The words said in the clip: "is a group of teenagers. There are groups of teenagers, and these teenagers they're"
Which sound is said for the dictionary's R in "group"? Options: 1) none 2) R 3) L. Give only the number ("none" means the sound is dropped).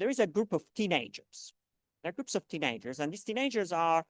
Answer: 2